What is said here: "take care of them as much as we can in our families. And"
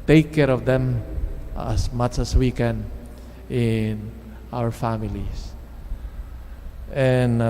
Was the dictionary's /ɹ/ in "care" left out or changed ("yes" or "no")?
no